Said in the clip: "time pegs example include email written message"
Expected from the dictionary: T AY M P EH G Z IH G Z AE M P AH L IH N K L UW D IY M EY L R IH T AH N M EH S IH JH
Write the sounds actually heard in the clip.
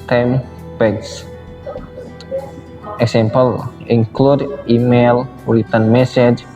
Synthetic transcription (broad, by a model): T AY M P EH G S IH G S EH M P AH L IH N K L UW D IY M EY L W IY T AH N M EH S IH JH